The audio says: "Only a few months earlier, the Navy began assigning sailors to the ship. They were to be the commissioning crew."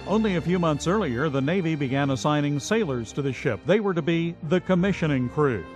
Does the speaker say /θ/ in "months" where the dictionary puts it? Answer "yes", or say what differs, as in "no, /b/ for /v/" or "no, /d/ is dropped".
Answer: yes